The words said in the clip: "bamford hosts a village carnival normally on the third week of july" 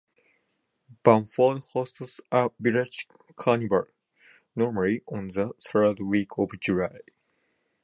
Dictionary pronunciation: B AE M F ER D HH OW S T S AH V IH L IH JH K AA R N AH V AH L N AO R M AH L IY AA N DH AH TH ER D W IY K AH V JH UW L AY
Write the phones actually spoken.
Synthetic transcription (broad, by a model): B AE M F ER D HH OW S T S AH B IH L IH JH K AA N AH B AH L N AO R M AH L IY AA N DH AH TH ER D W IY K AH V JH UW L AY